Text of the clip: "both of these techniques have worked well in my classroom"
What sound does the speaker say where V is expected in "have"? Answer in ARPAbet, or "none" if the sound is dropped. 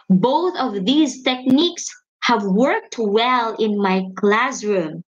V